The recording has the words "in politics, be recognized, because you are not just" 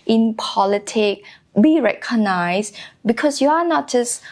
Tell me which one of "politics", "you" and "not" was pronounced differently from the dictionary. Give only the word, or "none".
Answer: politics